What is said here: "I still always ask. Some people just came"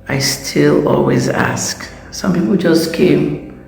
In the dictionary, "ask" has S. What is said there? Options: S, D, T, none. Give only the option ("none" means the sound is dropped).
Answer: S